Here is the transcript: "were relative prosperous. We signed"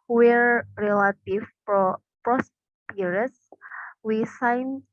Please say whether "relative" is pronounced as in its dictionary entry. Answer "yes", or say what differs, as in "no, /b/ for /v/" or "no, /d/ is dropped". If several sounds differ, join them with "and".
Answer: no, /f/ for /v/